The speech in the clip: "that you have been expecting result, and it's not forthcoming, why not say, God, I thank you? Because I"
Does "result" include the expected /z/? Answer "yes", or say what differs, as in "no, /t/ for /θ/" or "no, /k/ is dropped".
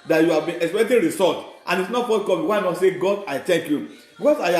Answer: no, /s/ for /z/